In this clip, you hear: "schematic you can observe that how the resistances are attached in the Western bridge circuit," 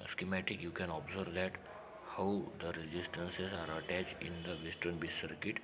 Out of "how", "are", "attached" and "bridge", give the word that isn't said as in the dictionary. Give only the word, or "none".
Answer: bridge